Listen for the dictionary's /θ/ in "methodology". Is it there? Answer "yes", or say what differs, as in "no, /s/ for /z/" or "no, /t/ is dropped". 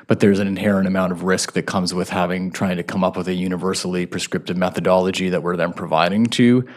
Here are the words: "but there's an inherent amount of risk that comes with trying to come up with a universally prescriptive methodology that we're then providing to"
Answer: yes